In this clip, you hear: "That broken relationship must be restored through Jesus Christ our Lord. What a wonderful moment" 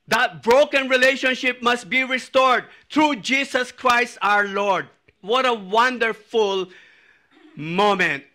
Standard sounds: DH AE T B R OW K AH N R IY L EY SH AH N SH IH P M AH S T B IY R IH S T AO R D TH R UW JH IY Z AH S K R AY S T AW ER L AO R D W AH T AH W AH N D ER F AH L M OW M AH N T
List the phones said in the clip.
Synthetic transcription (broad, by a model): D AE T B R OW K AH N R IY L EY SH AH N SH IH P M AH S T B IY R IH S T AO R D T R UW JH IY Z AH S K R AY S T AW ER L AO R D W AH T AH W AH N D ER F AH L M OW M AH N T